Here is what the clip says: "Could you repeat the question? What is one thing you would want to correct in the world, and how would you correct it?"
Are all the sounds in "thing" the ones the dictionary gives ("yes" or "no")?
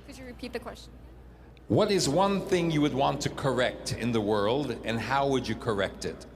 yes